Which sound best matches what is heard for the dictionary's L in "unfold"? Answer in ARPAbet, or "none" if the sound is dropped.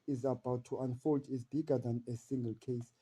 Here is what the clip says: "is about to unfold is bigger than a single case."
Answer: L